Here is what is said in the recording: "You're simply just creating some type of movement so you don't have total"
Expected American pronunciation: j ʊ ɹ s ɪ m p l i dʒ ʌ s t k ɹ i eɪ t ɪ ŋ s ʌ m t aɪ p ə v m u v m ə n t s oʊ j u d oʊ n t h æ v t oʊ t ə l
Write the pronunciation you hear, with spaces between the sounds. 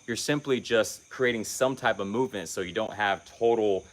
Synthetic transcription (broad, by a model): j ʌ ɹ s ɪ m p l i dʒ ʌ s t k ɹ i eɪ t ɪ ŋ s ʌ m t aɪ p ə v m u v m ə n t s oʊ j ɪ d oʊ n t h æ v t oʊ t l